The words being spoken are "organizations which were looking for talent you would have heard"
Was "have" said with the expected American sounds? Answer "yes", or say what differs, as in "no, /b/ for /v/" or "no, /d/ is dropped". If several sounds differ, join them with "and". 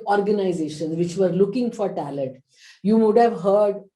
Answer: yes